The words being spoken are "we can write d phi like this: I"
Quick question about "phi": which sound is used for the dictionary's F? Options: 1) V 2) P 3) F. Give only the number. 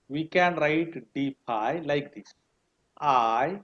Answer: 2